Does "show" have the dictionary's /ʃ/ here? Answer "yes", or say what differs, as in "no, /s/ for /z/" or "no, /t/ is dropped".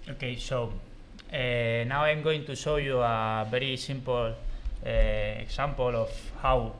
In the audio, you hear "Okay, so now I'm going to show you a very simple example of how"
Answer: no, /s/ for /ʃ/